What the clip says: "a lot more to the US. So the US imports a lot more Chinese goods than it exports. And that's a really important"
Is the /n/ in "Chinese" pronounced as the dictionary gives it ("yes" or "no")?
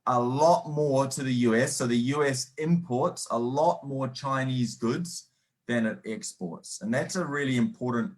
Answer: yes